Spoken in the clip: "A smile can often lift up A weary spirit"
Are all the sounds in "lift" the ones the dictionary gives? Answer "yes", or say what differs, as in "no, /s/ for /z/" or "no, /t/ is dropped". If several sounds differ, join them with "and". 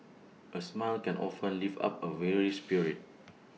no, /t/ is dropped